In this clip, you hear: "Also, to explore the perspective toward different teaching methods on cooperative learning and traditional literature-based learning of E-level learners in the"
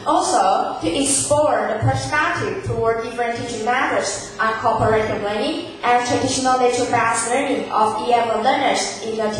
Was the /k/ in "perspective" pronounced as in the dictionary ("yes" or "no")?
no